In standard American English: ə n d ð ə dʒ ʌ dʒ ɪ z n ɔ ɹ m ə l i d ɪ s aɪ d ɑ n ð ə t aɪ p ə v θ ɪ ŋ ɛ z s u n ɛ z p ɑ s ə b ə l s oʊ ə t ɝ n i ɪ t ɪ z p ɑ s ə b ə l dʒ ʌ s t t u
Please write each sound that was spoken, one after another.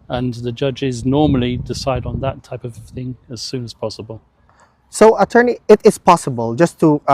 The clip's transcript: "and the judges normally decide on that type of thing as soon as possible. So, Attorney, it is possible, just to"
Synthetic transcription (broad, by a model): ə n ð ə dʒ ʌ dʒ ɪ z n ɔ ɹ m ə l i d ɪ s aɪ d n ð ə t aɪ p ə v θ ɪ ŋ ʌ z s u n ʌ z p ɑ s ə b ə l s oʊ ə t ɝ n i ɪ t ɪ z p ɑ s ə b ə l dʒ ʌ s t t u